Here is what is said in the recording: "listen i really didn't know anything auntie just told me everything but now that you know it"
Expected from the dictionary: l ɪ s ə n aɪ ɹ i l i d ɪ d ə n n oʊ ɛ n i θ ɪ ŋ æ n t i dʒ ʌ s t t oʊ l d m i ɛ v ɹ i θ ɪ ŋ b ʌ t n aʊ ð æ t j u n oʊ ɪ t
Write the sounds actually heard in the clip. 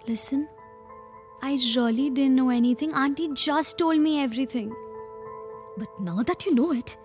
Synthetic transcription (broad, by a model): l ɪ s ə n aɪ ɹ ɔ l i d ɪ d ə n n oʊ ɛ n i t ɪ ŋ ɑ n t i dʒ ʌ s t t oʊ l d m i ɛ v ɹ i t ɪ ŋ b ʌ t n aʊ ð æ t j u n oʊ ɪ t